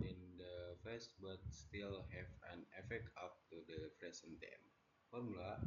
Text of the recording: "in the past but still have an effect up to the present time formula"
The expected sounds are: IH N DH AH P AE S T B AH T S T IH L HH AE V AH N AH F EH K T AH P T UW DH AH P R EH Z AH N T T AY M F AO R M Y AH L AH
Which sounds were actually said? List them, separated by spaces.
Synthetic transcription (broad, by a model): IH N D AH F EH S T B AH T S T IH L HH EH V AH N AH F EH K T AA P T UW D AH F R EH S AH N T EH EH M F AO R M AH L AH